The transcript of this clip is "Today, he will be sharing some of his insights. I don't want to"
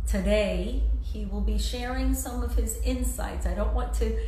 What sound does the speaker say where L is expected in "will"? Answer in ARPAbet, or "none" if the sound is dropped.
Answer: L